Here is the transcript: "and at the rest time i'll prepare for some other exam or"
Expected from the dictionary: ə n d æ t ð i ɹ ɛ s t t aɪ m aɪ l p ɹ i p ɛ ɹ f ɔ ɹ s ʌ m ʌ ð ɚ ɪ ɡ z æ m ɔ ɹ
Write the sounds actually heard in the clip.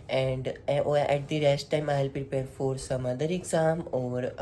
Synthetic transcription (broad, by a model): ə n d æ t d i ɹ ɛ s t t aɪ m aɪ l p ɹ i p ɛ ɹ f ɔ ɹ s ʌ m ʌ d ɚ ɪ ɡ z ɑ m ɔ ɹ